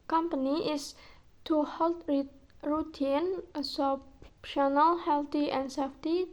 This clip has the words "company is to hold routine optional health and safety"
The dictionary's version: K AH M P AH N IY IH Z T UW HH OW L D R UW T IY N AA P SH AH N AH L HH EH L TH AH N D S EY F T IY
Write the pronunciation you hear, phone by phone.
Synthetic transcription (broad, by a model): K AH M P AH N IY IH S T UW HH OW L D R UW T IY N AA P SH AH N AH L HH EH L T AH N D S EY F T IY